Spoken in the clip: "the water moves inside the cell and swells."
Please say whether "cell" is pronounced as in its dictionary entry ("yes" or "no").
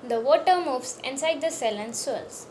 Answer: yes